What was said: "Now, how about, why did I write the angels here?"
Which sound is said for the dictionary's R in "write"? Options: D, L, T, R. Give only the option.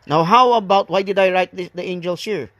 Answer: R